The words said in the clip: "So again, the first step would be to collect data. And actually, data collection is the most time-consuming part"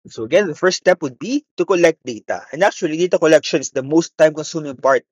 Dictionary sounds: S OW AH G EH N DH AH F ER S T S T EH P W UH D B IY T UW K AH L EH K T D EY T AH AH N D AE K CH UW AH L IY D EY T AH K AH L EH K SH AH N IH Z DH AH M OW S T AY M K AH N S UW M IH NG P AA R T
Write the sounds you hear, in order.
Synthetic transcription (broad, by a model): S OW AH G EH N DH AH F ER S S T EH P W UH D B IY T UW K AH L EH K T D EY T AH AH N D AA K CH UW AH L IY D EY T AH K AH L EH K SH AH N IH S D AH M OW S T AY M K AH N S UW M IH NG P AA R T